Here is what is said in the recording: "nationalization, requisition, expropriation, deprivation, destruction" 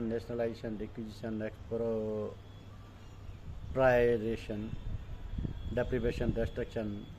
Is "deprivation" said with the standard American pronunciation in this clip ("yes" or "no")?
no